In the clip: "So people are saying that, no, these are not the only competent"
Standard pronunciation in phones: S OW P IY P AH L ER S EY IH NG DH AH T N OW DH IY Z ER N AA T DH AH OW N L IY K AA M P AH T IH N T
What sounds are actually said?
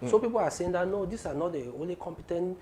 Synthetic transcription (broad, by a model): S OW P IY P AH L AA S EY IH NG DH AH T N OW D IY S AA N AA T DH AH OW N L IY K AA M P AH T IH N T